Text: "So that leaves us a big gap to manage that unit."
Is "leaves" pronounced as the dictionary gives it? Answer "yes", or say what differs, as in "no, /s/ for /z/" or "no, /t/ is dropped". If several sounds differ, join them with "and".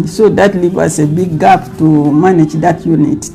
no, /z/ is dropped